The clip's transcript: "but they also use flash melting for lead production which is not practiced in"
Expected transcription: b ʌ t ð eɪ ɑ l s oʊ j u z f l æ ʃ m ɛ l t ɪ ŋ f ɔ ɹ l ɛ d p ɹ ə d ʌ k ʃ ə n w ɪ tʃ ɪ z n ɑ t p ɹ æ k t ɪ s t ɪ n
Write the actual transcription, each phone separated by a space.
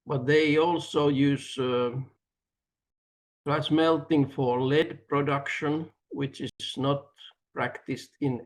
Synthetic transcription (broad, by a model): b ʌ t ð eɪ ɑ l s oʊ j u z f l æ s m ɛ l t ɪ ŋ f ɔ ɹ l ɛ d p ɹ ə d ʌ k ʃ ə n w ɪ tʃ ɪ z n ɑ t p ɹ æ k t ɪ s t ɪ n